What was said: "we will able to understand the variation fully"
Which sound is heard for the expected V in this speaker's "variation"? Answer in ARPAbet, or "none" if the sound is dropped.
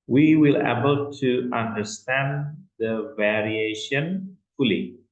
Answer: V